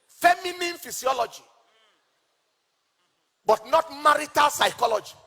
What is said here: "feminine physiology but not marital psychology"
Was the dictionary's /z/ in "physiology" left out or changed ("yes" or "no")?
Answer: yes